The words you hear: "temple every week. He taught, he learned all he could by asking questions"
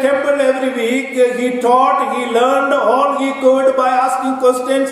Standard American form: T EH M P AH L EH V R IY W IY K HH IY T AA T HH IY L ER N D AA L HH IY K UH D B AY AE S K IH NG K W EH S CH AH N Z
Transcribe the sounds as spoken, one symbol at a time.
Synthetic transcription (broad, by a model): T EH M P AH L EH V R IY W IY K HH IY T AA T HH IY L ER N D AA L HH IY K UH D B AY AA S K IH NG K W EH S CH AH N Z